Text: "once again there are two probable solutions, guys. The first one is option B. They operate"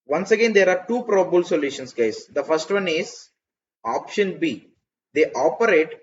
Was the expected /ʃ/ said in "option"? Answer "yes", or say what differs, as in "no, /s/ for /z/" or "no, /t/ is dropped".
yes